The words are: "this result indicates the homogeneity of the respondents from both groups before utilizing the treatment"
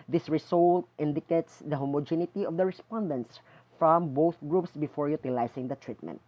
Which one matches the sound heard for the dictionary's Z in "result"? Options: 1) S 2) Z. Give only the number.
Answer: 1